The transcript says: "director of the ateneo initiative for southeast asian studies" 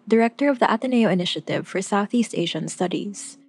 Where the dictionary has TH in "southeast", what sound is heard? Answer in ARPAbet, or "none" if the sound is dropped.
TH